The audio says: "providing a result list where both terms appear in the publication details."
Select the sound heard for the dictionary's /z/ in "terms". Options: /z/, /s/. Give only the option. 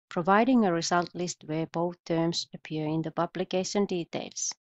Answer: /s/